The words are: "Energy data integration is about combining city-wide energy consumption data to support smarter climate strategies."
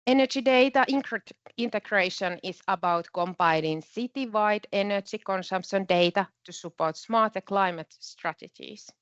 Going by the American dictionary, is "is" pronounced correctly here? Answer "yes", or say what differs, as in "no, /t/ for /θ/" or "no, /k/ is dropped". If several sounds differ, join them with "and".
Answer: no, /s/ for /z/